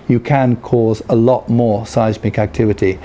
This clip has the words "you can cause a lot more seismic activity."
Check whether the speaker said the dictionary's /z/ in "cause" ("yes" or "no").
yes